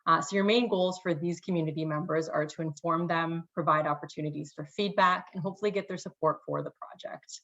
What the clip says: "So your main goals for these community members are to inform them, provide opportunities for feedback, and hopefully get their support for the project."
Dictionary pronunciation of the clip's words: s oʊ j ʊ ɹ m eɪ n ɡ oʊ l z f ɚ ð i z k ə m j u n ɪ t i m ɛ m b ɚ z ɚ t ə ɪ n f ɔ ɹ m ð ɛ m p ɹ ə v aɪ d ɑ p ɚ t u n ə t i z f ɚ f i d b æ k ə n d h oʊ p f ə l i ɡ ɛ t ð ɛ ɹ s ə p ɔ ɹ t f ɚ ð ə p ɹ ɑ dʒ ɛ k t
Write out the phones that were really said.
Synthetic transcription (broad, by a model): s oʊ j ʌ ɹ m eɪ n ɡ oʊ l z f ɚ ð i z k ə m j u n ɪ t i m ɛ m b ɚ z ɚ t ə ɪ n f ɔ ɹ m ð ɛ m p ɹ ə v aɪ d ɑ p ɚ t u n ə t i z f ɚ f i d b æ k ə n h oʊ p f l i ɡ ɛ t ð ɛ ɹ s ə p ɔ ɹ t f ɚ ð ə p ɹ ɑ dʒ ɛ k t